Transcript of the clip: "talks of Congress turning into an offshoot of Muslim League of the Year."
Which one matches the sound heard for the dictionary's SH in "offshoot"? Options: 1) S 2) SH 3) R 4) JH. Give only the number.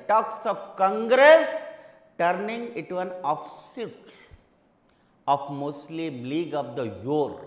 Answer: 1